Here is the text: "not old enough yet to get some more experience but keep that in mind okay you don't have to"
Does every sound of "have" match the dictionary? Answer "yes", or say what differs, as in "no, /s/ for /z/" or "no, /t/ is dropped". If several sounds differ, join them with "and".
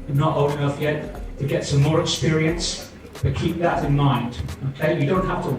no, /f/ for /v/